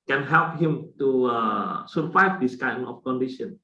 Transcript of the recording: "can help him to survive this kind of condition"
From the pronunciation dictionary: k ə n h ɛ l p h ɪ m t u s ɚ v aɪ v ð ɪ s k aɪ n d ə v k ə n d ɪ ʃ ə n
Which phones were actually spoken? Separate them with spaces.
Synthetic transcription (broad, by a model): k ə n h ɛ l p h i m t u s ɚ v aɪ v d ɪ s k aɪ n ə f k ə n d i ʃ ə n